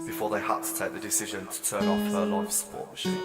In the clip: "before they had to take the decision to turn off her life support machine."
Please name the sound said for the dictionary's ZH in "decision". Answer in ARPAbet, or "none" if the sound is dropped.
ZH